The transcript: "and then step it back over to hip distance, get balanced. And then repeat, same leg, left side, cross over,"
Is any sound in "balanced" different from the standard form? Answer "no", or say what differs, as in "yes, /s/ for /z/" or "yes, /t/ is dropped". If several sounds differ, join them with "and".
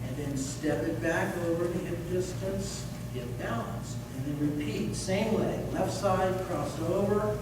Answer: yes, /t/ is dropped